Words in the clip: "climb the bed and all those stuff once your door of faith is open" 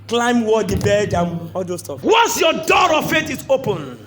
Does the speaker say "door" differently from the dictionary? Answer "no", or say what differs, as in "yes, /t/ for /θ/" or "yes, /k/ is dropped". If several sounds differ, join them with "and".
no